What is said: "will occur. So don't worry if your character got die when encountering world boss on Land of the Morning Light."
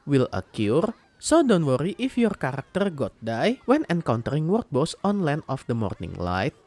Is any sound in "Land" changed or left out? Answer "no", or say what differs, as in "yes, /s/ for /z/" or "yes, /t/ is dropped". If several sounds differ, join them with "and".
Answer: yes, /d/ is dropped